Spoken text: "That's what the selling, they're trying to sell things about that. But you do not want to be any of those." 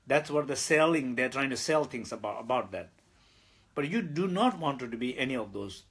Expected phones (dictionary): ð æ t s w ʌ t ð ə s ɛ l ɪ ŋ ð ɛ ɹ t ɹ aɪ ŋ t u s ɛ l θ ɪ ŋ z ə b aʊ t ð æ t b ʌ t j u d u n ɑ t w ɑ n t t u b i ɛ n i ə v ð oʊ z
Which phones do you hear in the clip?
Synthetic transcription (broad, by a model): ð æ t s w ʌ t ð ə s ɛ l ɪ ŋ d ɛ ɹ t ɹ aɪ ŋ t u s ɛ l t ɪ ŋ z ə b aʊ t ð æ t b ʌ t j u d u n ɑ t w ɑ n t t u b i ɛ n i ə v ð oʊ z